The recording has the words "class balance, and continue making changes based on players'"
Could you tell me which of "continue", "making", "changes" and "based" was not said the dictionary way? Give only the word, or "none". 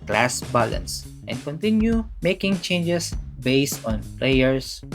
changes